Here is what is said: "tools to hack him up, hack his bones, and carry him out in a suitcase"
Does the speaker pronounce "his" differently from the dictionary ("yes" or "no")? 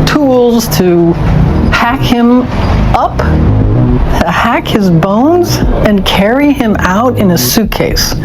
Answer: no